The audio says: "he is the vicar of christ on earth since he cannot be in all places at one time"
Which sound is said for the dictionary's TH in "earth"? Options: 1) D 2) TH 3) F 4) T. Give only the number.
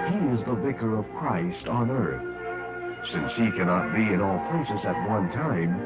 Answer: 2